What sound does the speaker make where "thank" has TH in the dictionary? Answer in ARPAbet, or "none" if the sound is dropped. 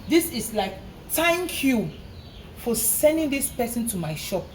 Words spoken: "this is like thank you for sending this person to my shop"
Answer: T